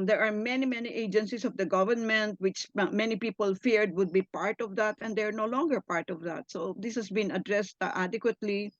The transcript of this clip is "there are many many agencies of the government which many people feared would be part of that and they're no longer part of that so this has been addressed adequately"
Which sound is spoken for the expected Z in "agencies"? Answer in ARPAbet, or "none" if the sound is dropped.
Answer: S